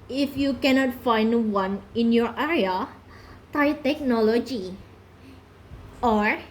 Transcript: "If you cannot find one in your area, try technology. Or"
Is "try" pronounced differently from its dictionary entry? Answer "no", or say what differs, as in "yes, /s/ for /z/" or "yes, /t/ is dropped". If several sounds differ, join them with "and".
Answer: yes, /ɹ/ is dropped